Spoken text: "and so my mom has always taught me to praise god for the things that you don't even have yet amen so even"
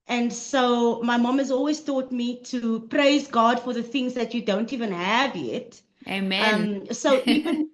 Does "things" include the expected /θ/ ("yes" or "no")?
yes